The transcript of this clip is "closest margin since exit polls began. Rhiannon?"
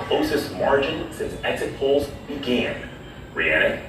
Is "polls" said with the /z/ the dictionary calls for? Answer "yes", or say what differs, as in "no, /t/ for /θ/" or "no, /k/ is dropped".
yes